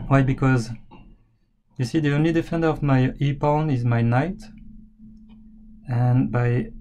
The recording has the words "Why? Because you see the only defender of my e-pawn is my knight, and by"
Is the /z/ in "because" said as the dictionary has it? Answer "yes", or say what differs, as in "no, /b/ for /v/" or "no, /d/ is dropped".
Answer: yes